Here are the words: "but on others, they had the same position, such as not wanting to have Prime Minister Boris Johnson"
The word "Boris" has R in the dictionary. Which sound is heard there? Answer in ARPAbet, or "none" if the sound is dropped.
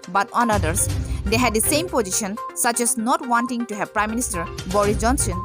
R